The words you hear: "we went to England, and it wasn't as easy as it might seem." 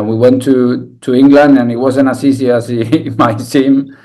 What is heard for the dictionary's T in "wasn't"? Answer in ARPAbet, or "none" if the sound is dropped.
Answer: none